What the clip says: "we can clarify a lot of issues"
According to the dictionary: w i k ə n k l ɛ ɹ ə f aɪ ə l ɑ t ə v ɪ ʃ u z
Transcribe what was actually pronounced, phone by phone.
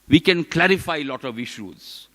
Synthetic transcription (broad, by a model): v i k ə n k l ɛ ɹ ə f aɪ ə l ɑ t ə v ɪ ʃ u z